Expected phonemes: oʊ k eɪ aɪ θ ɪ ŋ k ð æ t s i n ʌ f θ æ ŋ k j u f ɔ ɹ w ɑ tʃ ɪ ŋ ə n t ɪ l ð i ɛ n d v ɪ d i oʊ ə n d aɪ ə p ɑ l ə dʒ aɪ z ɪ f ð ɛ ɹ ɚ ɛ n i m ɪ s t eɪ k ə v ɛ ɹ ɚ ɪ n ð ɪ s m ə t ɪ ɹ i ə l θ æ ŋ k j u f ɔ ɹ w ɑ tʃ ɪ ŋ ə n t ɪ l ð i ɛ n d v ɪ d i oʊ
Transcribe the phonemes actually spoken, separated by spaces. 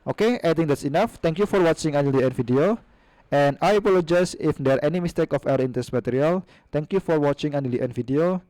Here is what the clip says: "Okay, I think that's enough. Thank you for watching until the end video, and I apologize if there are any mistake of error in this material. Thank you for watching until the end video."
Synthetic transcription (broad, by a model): oʊ k eɪ aɪ t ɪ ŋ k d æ t s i n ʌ f t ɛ ŋ k j u f ɔ ɹ w ɑ tʃ ɪ ŋ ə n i l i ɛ n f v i d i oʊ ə n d aɪ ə p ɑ l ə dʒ aɪ s ɪ f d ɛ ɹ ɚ ɛ n i m ɪ s t eɪ k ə f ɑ w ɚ ɪ n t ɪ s m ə t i ɹ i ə l t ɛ ŋ k j u f ɔ ɹ w ɑ tʃ ɪ ŋ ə n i l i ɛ n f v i d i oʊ